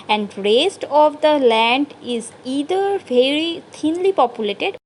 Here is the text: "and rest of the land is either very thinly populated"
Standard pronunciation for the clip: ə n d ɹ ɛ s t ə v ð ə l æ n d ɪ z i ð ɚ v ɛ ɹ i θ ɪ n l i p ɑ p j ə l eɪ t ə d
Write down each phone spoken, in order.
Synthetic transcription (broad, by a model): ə n d ɹ ɛ s t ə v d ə l æ n d ɪ z i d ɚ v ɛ ɹ i t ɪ n l i p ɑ p j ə l eɪ t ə d